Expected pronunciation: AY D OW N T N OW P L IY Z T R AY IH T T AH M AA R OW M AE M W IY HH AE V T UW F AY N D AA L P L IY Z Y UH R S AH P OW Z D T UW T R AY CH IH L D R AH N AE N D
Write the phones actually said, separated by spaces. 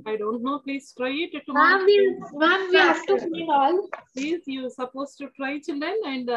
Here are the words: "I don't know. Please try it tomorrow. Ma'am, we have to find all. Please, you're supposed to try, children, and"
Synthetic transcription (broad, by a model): AY D OW N T N OW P L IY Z T R AY IH T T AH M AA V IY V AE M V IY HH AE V T UW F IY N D AA L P L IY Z Y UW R S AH P OW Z T UW T R AY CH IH L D AH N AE N D